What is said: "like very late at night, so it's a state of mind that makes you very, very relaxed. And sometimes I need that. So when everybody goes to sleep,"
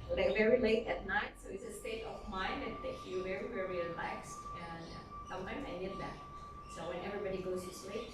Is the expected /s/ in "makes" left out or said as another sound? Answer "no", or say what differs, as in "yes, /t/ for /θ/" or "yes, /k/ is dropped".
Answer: yes, /s/ is dropped